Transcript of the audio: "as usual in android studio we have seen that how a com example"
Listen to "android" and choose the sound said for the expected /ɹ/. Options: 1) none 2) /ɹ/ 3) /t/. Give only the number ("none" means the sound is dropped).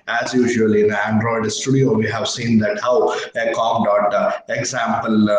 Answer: 2